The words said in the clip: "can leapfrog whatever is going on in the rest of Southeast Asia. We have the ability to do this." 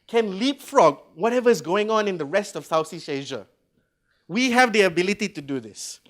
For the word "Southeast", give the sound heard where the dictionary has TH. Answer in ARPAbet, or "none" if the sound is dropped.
S